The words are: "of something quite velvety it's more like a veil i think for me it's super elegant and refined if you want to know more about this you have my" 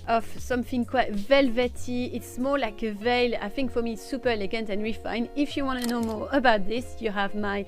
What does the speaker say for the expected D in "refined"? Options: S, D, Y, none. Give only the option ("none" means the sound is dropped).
none